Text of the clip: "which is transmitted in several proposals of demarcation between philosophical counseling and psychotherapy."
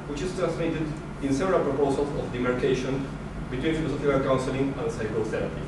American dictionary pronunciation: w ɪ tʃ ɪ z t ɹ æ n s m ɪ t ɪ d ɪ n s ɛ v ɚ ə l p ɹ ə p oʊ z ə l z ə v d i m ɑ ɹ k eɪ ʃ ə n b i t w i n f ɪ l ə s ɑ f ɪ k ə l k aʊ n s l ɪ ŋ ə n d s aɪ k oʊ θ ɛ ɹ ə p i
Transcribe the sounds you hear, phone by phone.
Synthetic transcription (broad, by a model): w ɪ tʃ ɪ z t ɹ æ n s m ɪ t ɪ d ɪ n s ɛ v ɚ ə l p ɹ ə p oʊ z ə l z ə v d i m ɑ ɹ k eɪ ʃ ə n b i t w i n f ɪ l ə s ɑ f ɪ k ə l k aʊ n s l ɪ ŋ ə n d s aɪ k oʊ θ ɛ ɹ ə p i